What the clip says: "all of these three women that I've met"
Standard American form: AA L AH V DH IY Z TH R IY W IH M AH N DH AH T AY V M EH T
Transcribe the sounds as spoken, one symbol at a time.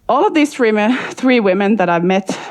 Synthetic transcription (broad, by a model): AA L AH V DH IY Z TH R IY W IH M AH N DH AH T AY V M EH T